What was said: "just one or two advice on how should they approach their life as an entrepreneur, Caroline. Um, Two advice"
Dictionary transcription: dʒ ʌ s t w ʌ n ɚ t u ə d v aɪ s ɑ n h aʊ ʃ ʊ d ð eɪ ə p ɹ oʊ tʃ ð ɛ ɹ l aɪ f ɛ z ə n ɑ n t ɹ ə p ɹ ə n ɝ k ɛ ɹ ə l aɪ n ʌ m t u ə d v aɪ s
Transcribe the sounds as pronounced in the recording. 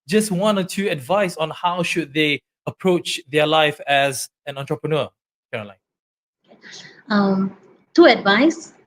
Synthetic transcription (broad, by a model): dʒ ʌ s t w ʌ n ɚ t u ə d v aɪ s ɑ n h aʊ ʃ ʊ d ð eɪ ə p ɹ oʊ tʃ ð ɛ l aɪ f ɛ z ə n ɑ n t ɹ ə p ɹ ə n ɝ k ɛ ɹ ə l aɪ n ʌ m t u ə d v aɪ s